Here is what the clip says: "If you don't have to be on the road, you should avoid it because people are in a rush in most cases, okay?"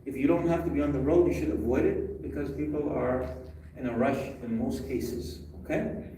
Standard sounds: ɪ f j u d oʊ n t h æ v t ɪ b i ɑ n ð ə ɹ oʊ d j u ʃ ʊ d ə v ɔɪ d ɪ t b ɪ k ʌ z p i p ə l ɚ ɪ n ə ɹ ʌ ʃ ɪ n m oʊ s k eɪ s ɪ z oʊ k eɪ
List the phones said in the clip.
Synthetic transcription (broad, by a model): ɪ f j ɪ d oʊ n t h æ f t ɪ b i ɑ n ð ə ɹ oʊ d j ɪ ʃ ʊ d ə v ɔɪ d ɪ t b ɪ k ʌ z p i p l ɚ ɪ n ə ɹ ʌ ʃ ɪ n m oʊ s k eɪ s ɪ z oʊ k eɪ